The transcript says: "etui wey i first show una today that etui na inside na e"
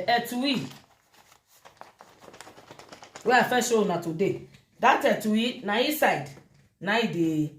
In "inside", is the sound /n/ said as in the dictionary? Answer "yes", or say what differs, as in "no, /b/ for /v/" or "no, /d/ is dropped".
no, /n/ is dropped